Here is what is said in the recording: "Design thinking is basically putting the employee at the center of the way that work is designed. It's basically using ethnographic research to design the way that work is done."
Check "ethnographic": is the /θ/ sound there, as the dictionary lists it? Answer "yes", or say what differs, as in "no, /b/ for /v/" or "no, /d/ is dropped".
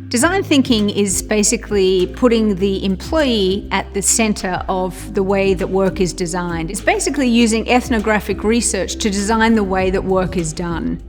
yes